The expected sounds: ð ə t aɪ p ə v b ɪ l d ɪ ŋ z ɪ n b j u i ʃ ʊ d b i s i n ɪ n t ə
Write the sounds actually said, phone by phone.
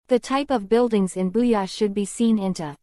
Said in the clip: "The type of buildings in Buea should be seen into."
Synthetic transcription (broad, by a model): ð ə t aɪ p ə v b ɪ l d ɪ ŋ z ɪ n b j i ʃ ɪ d b i s i n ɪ n t